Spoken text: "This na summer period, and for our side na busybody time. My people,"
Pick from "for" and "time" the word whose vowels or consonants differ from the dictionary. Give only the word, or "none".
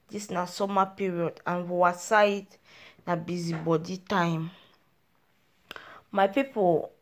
for